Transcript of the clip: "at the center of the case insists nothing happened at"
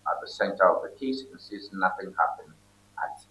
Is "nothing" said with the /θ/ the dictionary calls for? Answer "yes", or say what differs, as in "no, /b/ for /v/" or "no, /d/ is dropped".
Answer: yes